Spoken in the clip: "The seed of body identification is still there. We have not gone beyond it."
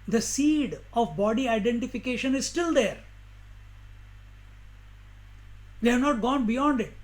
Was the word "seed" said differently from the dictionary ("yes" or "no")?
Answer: no